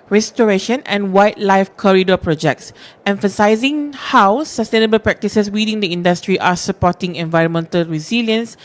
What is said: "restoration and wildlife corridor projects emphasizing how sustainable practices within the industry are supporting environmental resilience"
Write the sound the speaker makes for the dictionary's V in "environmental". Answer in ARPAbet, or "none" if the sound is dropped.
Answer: V